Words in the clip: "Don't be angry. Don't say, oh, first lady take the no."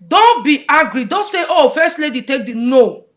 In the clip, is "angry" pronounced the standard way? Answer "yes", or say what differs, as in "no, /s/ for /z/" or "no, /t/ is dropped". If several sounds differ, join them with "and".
no, /ŋ/ is dropped